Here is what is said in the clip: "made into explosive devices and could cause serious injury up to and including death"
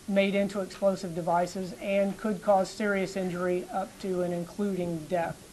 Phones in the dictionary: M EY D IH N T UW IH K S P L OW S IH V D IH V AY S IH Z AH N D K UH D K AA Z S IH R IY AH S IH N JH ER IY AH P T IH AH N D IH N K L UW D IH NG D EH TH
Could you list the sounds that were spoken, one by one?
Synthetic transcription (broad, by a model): M EY D IH N T UW IH K S P L OW S IH V D IH V AY S IH Z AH N K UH D K AA Z S IH R IY AH S IH N JH ER IY AH P T IH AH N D IH N K L UW D IH NG D EH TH